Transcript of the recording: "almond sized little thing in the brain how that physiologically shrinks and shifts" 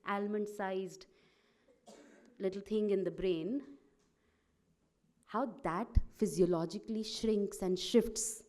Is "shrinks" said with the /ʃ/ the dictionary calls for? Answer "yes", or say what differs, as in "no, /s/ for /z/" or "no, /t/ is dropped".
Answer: yes